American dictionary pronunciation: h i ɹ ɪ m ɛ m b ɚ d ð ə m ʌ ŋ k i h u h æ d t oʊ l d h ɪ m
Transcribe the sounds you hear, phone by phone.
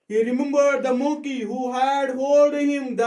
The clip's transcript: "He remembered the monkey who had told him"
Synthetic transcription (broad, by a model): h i ɹ ɪ m ɛ m b ɚ d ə m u k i h u h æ d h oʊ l d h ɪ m